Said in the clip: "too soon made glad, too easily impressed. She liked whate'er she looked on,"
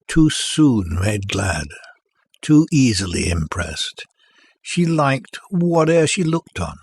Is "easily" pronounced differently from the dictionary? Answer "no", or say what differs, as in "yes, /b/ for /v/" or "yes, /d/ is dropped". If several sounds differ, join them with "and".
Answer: no